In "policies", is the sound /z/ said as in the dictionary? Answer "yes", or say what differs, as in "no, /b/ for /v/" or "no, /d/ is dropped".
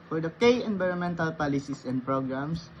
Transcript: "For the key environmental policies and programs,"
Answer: no, /s/ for /z/